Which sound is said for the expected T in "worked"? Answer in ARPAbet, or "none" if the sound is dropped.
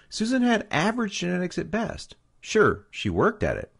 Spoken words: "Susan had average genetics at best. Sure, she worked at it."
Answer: T